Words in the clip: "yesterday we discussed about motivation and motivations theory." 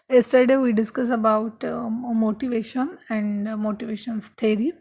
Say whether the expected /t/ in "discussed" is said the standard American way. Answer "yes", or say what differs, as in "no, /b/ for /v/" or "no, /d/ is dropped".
no, /t/ is dropped